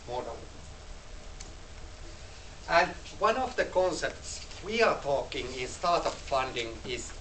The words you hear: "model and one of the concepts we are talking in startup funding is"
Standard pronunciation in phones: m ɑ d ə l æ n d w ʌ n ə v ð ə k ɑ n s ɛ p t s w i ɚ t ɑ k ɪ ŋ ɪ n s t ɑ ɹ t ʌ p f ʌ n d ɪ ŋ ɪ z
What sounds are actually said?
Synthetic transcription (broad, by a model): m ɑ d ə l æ n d w ʌ n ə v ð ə k ɑ n s ɛ p t s w i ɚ t ɑ k ɪ ŋ ɪ n s t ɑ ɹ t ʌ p f ʌ n d ɪ ŋ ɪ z